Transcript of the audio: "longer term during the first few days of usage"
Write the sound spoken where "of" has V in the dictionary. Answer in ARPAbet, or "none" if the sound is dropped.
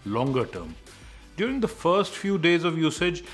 V